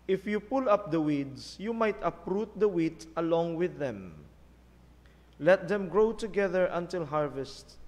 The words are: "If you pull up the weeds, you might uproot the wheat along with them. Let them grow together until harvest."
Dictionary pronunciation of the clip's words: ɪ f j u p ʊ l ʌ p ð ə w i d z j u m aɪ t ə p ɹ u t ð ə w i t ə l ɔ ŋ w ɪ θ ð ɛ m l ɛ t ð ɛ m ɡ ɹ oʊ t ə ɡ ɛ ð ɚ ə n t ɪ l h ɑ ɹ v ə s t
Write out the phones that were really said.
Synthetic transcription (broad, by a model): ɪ f j u p ʊ l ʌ p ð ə w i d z j u m aɪ t ə p ɹ u t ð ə w i t ə l ɔ ŋ w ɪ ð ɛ m l ɛ t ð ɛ m ɡ ɹ oʊ t ə ɡ ɛ ð ɚ ə n t ɪ l h ɑ ɹ v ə s t